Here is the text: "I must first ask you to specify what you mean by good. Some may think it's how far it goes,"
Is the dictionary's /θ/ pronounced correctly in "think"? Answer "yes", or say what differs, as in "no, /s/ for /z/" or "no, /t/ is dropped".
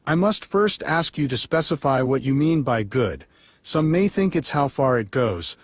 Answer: yes